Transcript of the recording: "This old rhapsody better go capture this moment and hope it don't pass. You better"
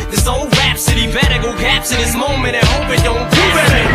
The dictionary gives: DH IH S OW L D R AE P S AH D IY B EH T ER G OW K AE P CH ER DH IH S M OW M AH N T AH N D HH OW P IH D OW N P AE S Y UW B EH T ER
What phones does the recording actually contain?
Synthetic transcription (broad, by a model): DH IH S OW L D R AE P S AH D IY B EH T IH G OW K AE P S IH DH IH S M OW M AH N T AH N HH OW P IH D OW N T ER